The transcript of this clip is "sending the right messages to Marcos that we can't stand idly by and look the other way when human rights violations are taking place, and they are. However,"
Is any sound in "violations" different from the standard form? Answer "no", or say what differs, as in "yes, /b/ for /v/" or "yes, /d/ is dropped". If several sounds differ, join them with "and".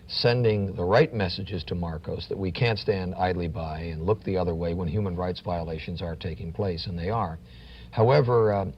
no